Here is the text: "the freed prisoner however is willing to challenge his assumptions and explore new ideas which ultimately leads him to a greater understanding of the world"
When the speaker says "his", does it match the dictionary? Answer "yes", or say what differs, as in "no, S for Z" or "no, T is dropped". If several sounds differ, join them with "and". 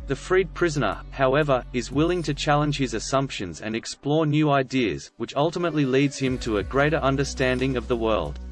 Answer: yes